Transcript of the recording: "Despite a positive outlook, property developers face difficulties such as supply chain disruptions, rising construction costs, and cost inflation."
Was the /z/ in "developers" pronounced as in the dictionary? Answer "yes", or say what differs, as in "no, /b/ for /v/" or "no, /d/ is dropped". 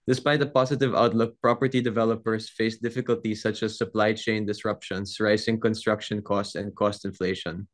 no, /s/ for /z/